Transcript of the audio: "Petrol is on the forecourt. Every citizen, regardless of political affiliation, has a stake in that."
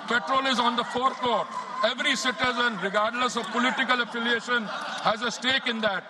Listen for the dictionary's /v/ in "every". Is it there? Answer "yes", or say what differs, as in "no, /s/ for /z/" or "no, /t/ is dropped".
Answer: yes